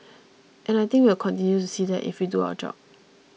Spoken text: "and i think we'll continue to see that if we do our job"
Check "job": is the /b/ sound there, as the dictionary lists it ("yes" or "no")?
no